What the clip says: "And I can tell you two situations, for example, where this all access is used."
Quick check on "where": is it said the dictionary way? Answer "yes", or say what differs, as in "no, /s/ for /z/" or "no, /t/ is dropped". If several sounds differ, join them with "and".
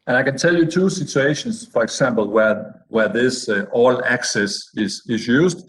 no, /w/ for /ɹ/